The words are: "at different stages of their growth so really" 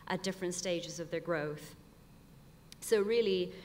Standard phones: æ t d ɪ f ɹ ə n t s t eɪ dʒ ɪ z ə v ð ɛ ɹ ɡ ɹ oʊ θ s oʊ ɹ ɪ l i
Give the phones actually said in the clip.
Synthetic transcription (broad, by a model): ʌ t d ɪ f ɹ ə n t s t eɪ dʒ ɪ z ə v ð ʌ ɹ ɡ ɹ oʊ θ s oʊ ɹ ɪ l i